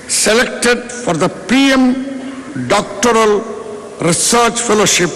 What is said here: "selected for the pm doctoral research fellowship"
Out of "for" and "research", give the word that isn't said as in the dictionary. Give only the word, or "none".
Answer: none